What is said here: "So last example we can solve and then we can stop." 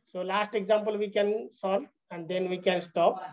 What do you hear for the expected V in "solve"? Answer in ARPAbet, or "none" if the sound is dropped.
none